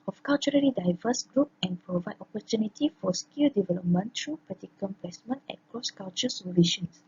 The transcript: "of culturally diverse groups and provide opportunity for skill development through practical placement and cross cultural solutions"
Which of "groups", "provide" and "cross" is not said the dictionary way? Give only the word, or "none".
groups